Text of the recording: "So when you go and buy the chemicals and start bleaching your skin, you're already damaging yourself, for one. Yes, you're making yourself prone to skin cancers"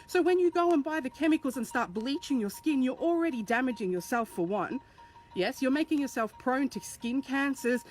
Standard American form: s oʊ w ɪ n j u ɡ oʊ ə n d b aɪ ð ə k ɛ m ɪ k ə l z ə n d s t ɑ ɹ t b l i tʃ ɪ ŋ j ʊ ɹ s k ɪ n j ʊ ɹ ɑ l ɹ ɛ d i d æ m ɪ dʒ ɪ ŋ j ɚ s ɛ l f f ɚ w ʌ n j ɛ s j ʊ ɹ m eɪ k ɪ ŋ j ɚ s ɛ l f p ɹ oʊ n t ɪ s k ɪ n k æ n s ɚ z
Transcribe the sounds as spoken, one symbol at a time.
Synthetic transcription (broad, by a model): s oʊ w ɪ n j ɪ ɡ oʊ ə n b aɪ ð ə k ɛ m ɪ k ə l z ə n s t ɑ ɹ t b l i tʃ ɪ ŋ j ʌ ɹ s k ɪ n j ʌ ɹ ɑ l ɹ ɛ d i d æ m ɪ dʒ ɪ ŋ j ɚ s ɛ l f f ɚ w ʌ n j ɛ s j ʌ ɹ m eɪ k ɪ ŋ j ɚ s ɛ l f p ɹ oʊ n t ɪ s k ɪ n k æ n s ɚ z